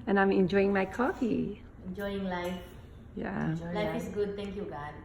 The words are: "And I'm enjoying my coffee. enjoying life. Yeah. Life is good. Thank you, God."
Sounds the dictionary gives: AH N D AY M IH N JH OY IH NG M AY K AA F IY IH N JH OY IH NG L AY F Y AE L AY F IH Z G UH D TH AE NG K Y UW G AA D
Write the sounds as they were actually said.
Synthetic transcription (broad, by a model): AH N AY M IH N JH OY IH NG M AY K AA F IY IH N JH OY IH NG L AY F Y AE L AY F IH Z G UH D T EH NG K Y UW G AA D